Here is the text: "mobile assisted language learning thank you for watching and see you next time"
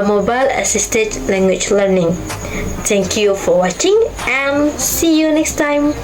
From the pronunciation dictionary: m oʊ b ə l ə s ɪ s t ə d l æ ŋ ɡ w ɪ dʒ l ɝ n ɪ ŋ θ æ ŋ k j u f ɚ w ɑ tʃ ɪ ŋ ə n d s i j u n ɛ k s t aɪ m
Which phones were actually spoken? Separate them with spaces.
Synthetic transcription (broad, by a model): m oʊ b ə l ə s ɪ s t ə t l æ ŋ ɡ w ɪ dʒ l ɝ n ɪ ŋ t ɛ ŋ k j u f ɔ w ɑ tʃ ɪ ŋ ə n s i j u n ɛ k s t aɪ m